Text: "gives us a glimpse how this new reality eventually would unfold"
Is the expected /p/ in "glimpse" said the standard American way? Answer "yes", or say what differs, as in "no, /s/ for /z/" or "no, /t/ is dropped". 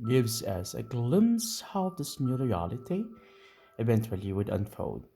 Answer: no, /p/ is dropped